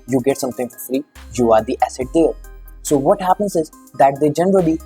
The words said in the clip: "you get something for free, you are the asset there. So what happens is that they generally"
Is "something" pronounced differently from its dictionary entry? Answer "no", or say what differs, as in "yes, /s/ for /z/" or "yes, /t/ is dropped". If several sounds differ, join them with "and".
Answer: yes, /t/ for /θ/